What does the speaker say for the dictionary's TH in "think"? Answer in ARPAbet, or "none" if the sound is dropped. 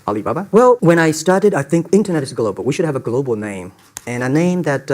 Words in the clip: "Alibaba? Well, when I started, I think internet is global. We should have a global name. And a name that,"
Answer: TH